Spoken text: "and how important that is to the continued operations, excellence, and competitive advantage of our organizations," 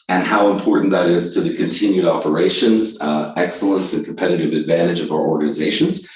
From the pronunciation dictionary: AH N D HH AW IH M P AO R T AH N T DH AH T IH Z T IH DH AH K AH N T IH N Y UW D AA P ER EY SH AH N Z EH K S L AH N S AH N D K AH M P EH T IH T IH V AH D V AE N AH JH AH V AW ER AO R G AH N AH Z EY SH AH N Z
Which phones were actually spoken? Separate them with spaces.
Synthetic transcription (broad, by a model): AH N HH AW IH M P AO R T N DH AH T IH Z T IH DH AH K AH N T IH N Y UW D AA P ER EY SH AH N Z EH K S L AH N S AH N K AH M P EH T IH T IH V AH D V AE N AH JH AH V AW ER AO R G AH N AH Z EY SH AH N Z